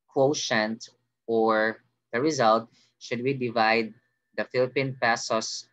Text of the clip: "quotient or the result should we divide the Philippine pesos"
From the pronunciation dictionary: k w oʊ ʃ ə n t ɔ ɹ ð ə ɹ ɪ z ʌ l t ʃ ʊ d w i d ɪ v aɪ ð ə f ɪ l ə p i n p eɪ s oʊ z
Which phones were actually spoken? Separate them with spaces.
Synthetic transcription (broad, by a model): k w oʊ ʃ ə n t ɔ ɹ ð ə ɹ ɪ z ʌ l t ʃ ʊ d w i d ɪ v aɪ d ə f ɪ l ə p i n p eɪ s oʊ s